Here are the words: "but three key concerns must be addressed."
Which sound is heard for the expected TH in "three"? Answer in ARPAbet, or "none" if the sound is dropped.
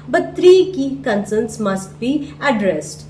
T